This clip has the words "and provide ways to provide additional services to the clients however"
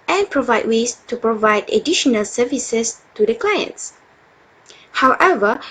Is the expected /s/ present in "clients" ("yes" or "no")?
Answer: yes